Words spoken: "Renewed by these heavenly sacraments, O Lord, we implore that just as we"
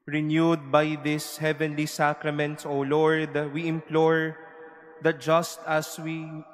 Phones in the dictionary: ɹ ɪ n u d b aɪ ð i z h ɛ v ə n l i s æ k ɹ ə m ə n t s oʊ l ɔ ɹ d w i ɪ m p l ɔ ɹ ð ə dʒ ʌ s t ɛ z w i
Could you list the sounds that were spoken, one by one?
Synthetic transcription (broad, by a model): ɹ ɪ n u d b aɪ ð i s h ɛ v ə n l i s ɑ k ɹ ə m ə n t s oʊ l ɔ ɹ d w i ɪ m p l ɔ ɹ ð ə dʒ ʌ s t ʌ s w i